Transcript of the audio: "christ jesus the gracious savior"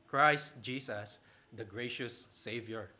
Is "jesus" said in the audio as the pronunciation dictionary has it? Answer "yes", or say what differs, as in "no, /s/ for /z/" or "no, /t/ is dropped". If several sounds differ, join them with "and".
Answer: no, /s/ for /z/